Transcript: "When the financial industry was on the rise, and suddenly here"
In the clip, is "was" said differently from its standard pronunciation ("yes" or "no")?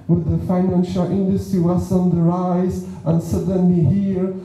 yes